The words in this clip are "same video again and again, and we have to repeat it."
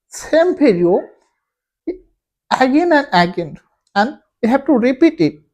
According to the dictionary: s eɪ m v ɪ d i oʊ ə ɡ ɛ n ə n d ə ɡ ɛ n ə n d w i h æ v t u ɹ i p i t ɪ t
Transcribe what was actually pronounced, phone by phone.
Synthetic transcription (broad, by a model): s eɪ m p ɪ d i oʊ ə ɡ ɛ n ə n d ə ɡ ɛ n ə n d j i h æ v t u ɹ i p i t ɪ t